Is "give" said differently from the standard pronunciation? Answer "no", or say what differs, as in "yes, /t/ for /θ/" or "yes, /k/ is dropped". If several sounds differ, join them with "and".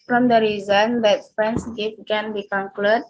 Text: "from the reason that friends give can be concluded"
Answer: yes, /f/ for /v/